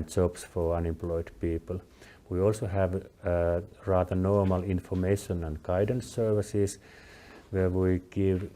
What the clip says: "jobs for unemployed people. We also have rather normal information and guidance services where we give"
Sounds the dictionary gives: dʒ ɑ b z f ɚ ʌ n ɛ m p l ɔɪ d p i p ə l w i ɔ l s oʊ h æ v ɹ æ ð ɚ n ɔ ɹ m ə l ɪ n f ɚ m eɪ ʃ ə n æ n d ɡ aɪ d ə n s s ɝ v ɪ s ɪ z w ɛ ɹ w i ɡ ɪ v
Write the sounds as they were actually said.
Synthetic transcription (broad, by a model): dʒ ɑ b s f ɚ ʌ n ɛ m p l ɔɪ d p i p ə l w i ɔ l s oʊ h æ v ɹ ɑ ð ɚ n ɔ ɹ m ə l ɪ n f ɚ m eɪ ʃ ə n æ n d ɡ aɪ d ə n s s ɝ v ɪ s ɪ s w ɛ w i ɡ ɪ v